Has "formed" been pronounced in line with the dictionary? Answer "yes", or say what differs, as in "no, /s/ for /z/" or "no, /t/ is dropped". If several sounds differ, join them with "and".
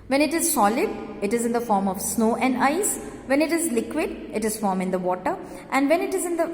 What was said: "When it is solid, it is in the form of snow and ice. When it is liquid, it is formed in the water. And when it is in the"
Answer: no, /d/ is dropped